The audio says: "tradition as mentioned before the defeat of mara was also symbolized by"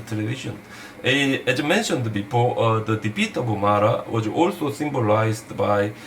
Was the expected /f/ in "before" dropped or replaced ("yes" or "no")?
yes